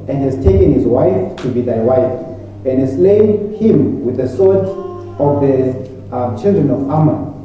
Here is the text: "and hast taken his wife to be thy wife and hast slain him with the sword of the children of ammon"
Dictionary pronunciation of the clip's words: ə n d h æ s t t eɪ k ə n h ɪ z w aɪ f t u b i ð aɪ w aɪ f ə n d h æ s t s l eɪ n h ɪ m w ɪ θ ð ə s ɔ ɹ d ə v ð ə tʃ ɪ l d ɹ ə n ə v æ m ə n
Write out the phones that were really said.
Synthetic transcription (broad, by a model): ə n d h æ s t t eɪ k ə n h ɪ z w aɪ f t u b i ð aɪ w aɪ f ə n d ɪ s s l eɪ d h ɪ m w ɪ ð ə s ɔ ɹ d ə v ð ə tʃ ɪ l d ɹ ə n ə v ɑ m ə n